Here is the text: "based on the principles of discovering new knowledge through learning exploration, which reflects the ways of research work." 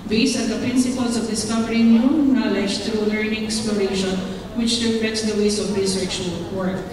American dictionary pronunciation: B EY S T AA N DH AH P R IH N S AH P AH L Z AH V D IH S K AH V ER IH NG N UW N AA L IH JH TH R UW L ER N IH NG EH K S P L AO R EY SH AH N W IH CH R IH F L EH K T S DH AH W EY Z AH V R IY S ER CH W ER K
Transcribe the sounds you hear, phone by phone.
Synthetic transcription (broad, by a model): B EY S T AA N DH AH P R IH N S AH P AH L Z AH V D IH S K AH V ER IH NG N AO N AA L IH JH T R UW L ER N IH NG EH K S P L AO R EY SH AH N W IH CH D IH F EH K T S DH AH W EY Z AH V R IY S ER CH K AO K